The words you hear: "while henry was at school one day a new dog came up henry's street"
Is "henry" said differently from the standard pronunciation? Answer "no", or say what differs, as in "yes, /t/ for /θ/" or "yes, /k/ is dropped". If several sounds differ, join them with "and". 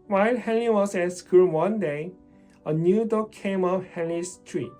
yes, /l/ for /ɹ/